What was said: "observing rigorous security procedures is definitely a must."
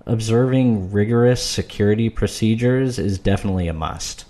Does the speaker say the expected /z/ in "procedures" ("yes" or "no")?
yes